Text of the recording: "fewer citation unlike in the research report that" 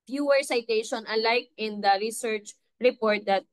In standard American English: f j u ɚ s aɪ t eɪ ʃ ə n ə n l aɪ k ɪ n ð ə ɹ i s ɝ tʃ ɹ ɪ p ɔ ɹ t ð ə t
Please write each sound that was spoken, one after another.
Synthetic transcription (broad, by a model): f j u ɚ s aɪ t eɪ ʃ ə n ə l aɪ k ɪ n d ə ɹ i s ɝ tʃ ɹ ɪ p ɔ ɹ t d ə t